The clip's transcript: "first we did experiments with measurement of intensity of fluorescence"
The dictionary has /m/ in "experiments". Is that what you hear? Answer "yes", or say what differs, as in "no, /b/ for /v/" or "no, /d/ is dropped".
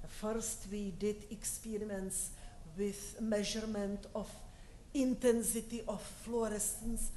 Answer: no, /m/ is dropped